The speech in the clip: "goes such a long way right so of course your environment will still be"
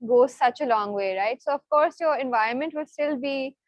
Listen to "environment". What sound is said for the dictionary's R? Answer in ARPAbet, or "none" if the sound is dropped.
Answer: R